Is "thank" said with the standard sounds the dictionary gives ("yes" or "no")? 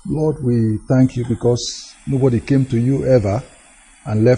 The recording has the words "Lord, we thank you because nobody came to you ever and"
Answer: yes